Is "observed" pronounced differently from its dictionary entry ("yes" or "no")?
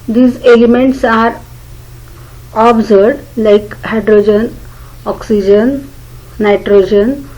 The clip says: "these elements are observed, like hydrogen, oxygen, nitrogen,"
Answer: yes